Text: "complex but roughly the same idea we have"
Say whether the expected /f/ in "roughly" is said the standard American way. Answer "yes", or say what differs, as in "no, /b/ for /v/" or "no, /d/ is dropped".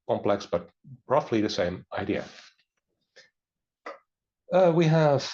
yes